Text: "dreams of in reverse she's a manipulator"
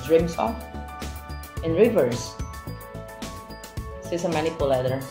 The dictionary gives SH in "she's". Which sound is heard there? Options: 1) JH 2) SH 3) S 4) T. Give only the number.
3